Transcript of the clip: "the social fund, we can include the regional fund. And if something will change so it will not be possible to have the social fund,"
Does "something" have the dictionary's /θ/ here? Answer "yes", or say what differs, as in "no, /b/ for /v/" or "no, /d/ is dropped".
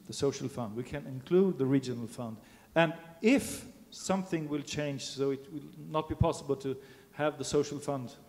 yes